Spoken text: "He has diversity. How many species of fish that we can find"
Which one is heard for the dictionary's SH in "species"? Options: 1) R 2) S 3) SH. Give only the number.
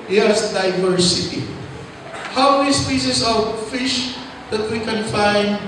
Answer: 2